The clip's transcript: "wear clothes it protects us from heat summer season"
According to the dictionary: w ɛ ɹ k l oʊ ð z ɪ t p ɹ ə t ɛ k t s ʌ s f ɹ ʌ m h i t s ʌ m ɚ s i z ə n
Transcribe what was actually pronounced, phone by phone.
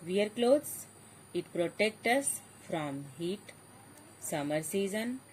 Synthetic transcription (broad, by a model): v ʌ ɹ k l oʊ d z ɪ t p ɹ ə t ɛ k t ʌ s f ɹ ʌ m h i t s ʌ m ɚ s i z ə n